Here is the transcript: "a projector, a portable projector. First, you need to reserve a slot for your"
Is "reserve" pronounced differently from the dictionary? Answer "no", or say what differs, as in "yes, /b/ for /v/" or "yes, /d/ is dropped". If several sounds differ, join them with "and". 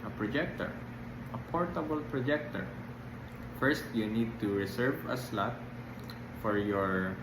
yes, /s/ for /z/